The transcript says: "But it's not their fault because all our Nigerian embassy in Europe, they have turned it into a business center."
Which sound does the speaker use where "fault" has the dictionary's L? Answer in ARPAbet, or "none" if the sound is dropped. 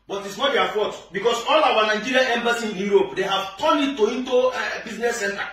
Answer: none